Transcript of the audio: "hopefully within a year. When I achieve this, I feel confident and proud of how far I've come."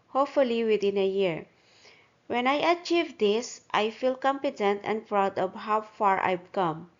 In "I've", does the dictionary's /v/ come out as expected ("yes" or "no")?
no